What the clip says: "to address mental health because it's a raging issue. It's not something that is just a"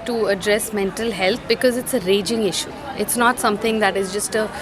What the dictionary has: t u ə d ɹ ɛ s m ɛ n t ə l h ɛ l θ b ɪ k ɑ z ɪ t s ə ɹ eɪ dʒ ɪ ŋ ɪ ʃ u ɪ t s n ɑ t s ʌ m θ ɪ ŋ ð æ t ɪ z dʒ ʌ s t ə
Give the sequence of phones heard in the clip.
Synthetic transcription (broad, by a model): t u ə d ɹ ɛ s m ɛ n t ə l h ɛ l t b ɪ k ɑ z ɪ t s ə ɹ eɪ dʒ ɪ ŋ ɪ ʃ u ɪ t s n ɑ t s ʌ m t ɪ ŋ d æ t ɪ z dʒ ʌ s t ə